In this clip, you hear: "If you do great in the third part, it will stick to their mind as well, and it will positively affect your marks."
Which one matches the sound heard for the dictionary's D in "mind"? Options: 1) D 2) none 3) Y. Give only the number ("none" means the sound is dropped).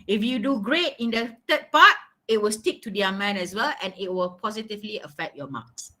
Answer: 2